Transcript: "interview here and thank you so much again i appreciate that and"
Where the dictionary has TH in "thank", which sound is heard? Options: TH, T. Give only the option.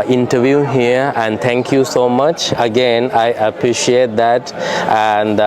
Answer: T